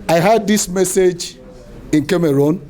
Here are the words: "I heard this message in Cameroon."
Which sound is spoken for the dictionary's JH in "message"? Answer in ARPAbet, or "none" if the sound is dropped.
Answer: JH